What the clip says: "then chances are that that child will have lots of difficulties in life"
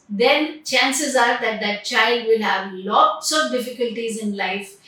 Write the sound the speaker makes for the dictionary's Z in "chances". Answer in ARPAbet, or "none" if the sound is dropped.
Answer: Z